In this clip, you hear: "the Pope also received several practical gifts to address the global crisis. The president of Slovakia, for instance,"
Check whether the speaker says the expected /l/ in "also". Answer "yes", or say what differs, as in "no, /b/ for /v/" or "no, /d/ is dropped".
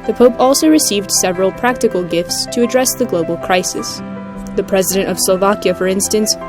yes